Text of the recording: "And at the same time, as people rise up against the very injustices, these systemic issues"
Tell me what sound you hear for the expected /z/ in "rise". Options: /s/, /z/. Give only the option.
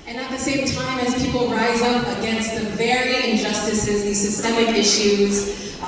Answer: /z/